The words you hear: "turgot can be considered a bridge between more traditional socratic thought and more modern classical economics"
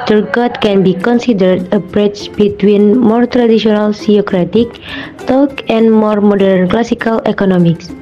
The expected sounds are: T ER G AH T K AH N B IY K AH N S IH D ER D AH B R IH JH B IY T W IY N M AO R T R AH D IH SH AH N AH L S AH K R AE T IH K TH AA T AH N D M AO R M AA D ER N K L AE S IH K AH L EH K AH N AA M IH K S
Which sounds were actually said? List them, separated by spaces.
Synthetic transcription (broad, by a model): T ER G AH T K AH N B IY K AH N S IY D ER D AH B R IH CH B IY T W IY N M AO R T R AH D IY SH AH N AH L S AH K R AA T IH K T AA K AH N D M AO R M AA D ER N K L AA S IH K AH L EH K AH N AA M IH K S